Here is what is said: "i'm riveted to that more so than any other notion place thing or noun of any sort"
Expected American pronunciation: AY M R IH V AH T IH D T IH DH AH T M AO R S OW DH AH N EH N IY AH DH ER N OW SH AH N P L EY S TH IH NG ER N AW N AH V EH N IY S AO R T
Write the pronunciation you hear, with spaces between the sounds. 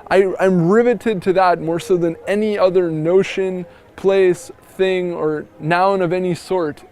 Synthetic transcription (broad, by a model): AY M R IH V AH T IH D T IH DH AH T M AO R S OW DH AH N EH N IY AH DH ER N OW SH AH N P L EY S TH IH NG ER N AW N AH V EH N IY S AO R T